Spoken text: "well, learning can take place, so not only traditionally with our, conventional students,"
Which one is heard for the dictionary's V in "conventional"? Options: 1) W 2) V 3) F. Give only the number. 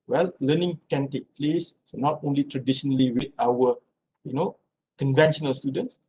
2